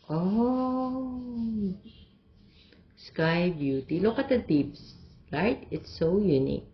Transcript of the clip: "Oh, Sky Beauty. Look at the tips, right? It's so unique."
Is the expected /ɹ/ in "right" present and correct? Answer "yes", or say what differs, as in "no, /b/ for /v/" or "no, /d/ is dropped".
no, /l/ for /ɹ/